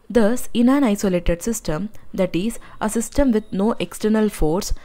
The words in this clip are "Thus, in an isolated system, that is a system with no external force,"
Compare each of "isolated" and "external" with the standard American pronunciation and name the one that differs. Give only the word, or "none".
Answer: none